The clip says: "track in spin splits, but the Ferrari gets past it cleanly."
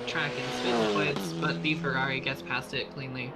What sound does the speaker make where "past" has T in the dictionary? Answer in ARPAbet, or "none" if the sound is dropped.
T